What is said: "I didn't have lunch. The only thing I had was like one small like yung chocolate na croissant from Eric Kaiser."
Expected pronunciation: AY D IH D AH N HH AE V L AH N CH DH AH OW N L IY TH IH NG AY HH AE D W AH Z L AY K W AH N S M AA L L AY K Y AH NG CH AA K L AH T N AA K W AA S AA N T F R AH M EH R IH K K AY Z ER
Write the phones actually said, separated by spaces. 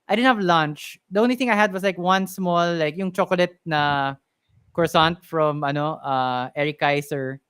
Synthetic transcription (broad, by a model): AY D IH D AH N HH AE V L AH N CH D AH OW N L IY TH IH NG AY HH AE D W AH S L AY K W AH N S M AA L L AY K Y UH NG CH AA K L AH T N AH K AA S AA N T F R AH M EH R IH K K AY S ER